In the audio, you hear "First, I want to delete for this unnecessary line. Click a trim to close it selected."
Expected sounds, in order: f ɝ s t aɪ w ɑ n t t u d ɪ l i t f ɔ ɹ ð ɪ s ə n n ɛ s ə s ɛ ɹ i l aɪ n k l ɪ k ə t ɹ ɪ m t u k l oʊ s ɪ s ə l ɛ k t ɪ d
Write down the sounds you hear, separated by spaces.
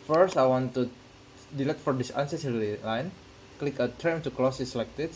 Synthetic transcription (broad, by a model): f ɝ s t aɪ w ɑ n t t u d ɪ l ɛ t f ɔ ɹ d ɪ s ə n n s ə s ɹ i l aɪ n k l ɪ k ə t ɹ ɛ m t u k l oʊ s ɪ s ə l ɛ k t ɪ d